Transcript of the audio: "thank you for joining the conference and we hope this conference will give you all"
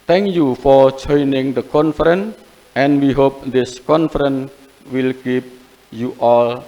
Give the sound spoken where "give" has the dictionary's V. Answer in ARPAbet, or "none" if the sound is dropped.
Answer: P